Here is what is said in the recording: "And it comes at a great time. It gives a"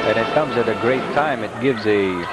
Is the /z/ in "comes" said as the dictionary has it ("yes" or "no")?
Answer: yes